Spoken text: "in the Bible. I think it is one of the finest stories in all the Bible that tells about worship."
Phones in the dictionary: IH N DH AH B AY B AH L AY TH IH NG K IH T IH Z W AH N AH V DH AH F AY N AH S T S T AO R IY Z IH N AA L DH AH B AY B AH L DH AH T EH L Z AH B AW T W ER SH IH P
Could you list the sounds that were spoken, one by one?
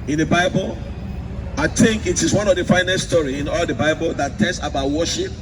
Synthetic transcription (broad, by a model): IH N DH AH B AY B AH L AY TH IH NG K IH T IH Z W AH N AH V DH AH F AY N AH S S T AO R IY IH N AA L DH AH B AY B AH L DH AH T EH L S AH B AW T W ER SH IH P